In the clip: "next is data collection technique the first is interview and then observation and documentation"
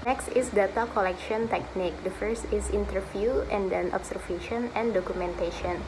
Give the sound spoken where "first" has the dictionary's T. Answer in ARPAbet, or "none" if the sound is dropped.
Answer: T